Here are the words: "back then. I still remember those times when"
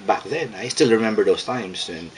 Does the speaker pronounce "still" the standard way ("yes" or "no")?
yes